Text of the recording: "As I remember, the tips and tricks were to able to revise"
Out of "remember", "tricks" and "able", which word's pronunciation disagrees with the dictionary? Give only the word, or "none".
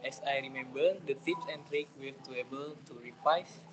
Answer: tricks